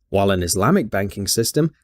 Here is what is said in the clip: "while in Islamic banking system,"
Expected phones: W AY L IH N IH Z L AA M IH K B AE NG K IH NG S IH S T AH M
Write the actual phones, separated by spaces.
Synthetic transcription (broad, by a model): W AY L IH N IH Z L AA M IH K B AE NG K IH NG S IH S T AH M